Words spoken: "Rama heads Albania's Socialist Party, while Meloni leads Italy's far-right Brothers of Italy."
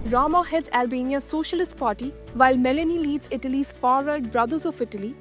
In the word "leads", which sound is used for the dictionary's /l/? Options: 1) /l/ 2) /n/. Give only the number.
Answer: 1